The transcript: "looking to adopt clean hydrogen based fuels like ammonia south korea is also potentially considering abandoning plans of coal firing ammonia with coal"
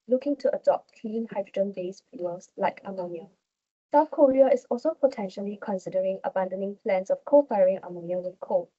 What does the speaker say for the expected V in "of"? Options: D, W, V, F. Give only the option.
F